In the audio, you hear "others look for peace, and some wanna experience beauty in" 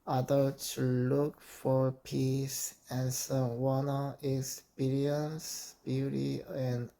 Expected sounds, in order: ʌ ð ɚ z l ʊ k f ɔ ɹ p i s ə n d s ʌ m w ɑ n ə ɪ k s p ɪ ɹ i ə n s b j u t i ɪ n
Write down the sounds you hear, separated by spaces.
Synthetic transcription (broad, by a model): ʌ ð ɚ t l ʊ k f ɔ ɹ p i s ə n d s ʌ m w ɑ n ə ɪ k s p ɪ ɹ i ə n s b j u t i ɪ n